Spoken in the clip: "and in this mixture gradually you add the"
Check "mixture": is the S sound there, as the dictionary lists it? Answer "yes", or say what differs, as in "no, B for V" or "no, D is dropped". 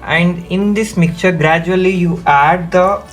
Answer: no, S is dropped